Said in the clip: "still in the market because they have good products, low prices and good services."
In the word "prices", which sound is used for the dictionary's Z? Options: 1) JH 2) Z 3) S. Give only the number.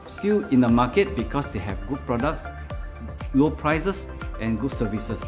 3